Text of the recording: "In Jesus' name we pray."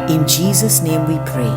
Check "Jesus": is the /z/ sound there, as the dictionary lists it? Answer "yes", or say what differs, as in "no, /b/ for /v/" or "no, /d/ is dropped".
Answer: yes